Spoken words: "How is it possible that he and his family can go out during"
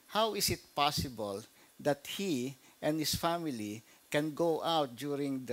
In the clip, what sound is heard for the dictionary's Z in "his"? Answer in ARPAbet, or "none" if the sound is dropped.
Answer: S